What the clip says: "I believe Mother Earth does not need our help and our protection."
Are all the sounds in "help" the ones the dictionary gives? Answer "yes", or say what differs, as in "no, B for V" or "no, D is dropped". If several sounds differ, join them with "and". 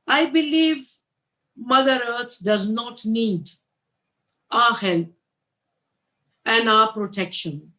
no, P is dropped